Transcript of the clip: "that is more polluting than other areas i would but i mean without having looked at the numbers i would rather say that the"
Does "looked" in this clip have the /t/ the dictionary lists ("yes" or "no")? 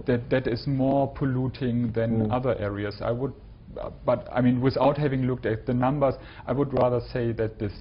yes